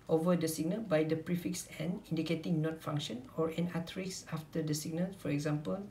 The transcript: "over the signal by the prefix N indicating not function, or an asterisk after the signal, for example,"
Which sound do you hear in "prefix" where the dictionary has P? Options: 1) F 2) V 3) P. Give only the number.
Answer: 3